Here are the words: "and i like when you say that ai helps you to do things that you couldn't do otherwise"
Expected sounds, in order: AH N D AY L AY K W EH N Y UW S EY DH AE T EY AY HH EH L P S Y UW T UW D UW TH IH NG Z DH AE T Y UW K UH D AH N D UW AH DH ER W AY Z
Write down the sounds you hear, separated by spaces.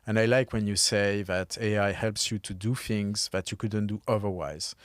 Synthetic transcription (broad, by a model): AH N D AY L AY K W EH N Y UW S EY DH AE T EY AY HH EH L P S Y UW T UW D UW TH IH NG Z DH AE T Y UW K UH D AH N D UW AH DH ER W AY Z